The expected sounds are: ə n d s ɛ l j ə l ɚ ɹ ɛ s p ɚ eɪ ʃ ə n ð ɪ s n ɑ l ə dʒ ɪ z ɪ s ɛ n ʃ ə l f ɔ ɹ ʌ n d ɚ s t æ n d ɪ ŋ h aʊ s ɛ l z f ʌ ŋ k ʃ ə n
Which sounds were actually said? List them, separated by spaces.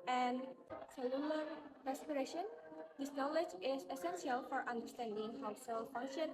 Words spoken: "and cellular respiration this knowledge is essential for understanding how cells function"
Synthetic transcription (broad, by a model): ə n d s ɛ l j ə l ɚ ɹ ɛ s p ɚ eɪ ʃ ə n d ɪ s n ɑ l ə dʒ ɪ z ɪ s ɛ n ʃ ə l f ɔ ɹ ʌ n d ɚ s t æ n d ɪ ŋ h aʊ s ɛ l f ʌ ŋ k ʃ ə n